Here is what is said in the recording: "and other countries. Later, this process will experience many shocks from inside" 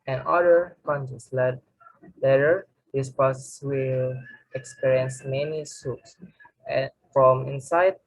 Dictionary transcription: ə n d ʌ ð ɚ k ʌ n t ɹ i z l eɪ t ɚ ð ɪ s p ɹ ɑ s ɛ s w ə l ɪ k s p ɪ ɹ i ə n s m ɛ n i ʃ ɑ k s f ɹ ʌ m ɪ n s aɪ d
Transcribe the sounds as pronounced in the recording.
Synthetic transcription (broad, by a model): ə n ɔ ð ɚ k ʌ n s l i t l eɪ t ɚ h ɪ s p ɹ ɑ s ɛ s w ə l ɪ k s p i ɹ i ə n s m ɛ n i s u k s f ɹ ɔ m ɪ n s aɪ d